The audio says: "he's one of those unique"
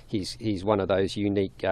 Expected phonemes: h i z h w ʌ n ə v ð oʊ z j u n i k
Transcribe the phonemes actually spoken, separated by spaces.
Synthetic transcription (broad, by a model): h i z h w ʌ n ə v ð oʊ z j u n i k